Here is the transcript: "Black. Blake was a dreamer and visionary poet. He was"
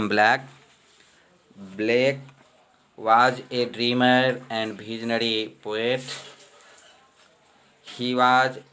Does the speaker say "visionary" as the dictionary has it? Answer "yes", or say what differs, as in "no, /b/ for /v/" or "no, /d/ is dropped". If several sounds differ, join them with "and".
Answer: no, /b/ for /v/